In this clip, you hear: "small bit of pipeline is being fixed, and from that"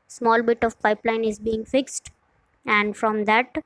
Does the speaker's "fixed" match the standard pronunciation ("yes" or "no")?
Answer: yes